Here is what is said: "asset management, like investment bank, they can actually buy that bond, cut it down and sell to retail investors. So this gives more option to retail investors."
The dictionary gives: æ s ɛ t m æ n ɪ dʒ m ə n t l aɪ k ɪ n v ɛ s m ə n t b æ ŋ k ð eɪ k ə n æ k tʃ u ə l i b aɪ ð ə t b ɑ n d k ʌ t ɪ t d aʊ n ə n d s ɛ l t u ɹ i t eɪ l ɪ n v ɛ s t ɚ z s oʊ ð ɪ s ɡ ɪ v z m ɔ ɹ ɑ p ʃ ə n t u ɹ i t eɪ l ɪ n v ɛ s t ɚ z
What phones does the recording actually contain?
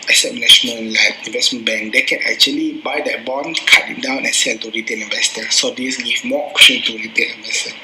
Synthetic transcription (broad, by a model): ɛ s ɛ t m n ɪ ʃ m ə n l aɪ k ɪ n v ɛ s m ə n b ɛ ŋ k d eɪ k ə n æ k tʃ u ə l i b aɪ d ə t b ɑ n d k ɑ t ɪ t d aʊ n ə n s ɛ l t u ɹ i t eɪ n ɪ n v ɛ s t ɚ s oʊ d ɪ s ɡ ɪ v m ɔ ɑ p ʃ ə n t u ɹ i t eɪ n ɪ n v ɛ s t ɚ